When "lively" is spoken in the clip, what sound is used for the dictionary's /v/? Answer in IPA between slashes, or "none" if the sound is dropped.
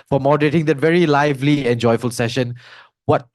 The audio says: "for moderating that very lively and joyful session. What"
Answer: /v/